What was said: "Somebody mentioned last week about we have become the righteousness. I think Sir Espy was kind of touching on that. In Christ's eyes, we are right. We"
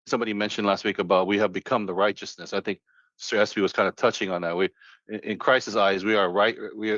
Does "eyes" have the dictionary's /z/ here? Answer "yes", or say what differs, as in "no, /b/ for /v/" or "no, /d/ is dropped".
yes